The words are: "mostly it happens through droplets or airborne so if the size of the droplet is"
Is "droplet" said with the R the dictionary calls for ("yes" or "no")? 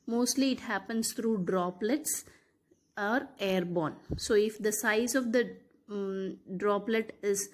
yes